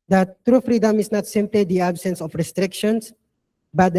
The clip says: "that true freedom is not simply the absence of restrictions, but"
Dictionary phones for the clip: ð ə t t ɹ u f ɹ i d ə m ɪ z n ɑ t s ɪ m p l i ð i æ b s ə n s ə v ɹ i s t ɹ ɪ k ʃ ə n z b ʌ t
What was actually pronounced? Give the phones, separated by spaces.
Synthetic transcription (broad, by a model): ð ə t t ɹ u f ɹ i d ə m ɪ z n ɑ t s ɪ m p l i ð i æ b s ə n s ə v ɹ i s t ɹ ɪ k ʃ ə n s b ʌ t